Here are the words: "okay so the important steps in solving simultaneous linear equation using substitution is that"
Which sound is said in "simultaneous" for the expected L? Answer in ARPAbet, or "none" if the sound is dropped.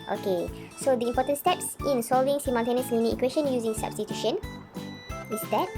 N